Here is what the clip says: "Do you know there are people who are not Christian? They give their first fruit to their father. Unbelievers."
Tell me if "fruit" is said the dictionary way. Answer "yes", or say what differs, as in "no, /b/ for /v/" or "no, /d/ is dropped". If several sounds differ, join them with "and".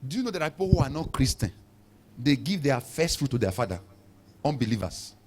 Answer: yes